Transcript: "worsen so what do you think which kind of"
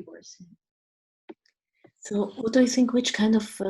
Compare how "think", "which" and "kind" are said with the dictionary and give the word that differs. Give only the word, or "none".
none